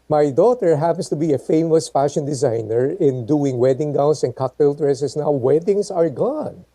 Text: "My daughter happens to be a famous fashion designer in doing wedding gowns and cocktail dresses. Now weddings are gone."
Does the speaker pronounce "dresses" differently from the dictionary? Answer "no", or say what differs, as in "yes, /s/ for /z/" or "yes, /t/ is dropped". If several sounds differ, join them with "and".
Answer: yes, /s/ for /z/